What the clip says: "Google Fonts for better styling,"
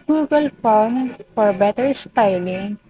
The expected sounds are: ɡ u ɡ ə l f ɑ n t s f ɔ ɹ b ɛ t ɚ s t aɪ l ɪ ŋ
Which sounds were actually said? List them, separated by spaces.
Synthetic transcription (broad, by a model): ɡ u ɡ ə l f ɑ t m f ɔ ɹ b ɛ t ɚ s t aɪ l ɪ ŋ